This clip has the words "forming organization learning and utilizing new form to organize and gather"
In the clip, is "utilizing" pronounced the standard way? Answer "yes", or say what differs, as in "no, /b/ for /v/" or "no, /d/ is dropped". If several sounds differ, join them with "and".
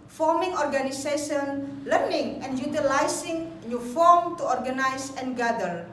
no, /s/ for /z/